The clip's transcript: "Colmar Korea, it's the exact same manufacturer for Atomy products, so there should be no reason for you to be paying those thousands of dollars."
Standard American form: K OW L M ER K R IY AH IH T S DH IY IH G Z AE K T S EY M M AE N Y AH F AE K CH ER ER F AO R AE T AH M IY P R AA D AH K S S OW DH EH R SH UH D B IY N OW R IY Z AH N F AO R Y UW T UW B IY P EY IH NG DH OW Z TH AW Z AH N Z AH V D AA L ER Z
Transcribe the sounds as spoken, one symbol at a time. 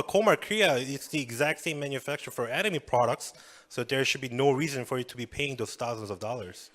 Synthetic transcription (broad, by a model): K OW M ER K R IY AH IH T S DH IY IH G Z AE K T S EY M M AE N Y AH F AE K CH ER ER F AO R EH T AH M IY P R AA D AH K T S OW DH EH R SH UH D B IY N OW R IY Z AH N F AO R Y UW T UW B IY P EY IH NG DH OW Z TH AW Z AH N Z AH V D AA L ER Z